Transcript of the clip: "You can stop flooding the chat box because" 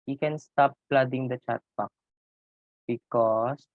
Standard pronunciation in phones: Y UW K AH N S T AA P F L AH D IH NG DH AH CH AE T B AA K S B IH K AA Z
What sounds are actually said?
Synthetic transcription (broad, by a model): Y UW K AH N S T AA P L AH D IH NG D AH CH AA T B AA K B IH K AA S